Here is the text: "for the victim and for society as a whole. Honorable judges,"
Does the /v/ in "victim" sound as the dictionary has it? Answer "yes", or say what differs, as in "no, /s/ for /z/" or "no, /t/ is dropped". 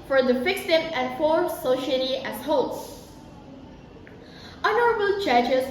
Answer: no, /f/ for /v/